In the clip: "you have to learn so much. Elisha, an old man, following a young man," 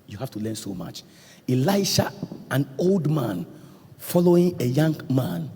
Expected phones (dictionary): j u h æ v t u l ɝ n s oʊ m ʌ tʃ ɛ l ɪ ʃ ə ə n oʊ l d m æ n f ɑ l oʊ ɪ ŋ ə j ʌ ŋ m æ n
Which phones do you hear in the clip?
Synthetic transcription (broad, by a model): j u h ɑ f t u l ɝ n s oʊ m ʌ tʃ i l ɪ ʃ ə ə n oʊ l d m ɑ n f ɑ l oʊ ɪ ŋ ə j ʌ ŋ m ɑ n